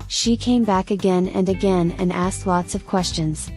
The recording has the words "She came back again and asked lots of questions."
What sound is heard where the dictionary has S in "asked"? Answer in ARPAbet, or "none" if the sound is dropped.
S